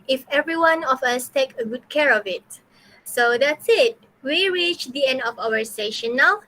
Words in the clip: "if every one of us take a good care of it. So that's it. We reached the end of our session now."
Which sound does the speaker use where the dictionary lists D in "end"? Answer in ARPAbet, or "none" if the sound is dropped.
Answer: D